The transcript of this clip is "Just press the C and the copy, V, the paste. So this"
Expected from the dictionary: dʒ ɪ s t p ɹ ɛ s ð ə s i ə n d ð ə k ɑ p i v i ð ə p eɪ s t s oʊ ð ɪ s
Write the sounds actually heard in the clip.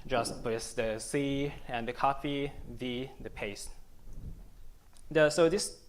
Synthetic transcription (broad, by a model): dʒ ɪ s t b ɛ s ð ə s i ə n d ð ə k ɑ f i v i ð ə p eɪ s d s oʊ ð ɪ s